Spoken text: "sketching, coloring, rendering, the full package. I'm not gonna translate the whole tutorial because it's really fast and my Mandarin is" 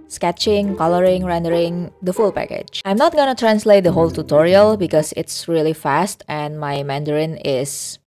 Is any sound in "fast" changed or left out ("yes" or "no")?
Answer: no